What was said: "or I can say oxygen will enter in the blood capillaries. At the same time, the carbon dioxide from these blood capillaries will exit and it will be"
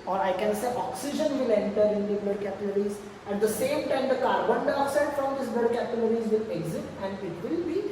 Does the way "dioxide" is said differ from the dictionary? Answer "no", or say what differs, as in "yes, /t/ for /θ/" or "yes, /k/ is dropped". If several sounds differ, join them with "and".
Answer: yes, /k/ is dropped